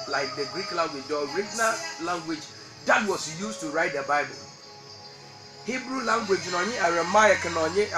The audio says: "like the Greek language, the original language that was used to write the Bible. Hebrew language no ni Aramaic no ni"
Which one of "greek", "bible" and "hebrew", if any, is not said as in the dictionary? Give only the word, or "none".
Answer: none